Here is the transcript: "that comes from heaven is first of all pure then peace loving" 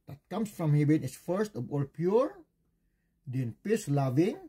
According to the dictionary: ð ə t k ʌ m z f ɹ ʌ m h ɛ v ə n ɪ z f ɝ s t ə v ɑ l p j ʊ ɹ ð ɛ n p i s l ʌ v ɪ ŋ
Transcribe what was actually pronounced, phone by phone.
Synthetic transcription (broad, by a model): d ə t k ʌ m s f ɹ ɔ m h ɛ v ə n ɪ s f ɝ s t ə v ɑ l p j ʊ ɹ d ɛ n p i s l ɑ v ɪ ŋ